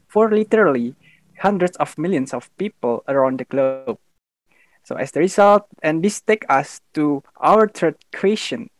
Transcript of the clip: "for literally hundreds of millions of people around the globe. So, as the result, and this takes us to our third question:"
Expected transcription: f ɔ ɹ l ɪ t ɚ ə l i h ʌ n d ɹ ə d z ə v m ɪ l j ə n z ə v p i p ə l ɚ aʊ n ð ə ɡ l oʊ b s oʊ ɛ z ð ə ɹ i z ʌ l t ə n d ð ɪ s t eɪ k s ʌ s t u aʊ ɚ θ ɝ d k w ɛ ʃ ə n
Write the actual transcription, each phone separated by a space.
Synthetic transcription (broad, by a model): f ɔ ɹ l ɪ t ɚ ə l i h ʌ n d ɹ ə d s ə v m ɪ l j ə n s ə f p i p ə l ɚ aʊ n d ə ɡ l oʊ b s oʊ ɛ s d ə ɹ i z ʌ l t ə n d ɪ s t eɪ k ʌ s t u aʊ ɚ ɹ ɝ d k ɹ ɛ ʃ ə n